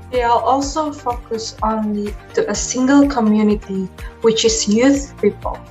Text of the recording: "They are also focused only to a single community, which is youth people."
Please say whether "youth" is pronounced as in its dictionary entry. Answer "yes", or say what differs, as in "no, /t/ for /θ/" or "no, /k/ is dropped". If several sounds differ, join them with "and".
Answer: yes